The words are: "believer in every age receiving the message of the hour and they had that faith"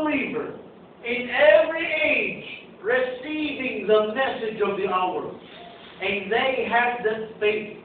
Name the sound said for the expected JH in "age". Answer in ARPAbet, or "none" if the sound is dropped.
JH